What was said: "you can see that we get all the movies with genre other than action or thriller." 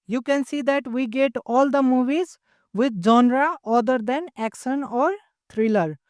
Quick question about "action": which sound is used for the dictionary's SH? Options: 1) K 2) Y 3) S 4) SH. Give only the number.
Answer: 3